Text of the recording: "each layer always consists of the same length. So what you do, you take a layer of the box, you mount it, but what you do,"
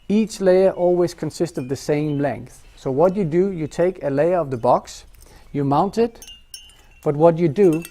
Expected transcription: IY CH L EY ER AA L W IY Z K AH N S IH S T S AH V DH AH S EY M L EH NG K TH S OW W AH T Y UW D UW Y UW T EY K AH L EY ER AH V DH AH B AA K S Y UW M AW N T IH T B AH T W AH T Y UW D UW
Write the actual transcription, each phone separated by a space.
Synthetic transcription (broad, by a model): IY CH L EY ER AA L W IY Z K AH N S IH S T S AH V DH AH S EY M L EH NG K TH S OW W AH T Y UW D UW Y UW T EY K AH L EY ER AH V DH AH B AA K S Y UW M AW N T IH T B AH T W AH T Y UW D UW